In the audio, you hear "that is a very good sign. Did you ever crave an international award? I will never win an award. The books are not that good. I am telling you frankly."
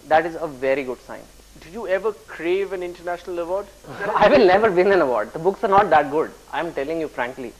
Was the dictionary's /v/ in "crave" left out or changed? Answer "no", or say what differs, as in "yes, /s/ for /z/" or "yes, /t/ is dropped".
no